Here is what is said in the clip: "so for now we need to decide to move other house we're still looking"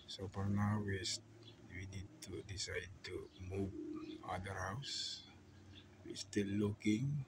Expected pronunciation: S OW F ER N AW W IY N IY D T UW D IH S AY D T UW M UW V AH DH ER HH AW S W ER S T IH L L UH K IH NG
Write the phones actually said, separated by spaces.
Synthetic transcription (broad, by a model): S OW P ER N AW W IY N IY D T UW D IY S AY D T UW M UW V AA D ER HH AW S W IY S T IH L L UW K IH NG